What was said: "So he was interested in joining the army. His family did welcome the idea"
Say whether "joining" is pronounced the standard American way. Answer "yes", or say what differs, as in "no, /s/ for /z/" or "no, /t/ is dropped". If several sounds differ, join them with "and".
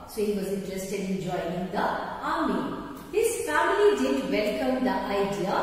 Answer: no, /n/ is dropped